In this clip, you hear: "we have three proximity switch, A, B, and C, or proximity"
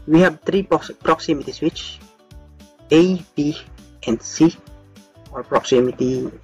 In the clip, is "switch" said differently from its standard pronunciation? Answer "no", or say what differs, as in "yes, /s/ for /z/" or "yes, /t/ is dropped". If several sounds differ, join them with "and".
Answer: no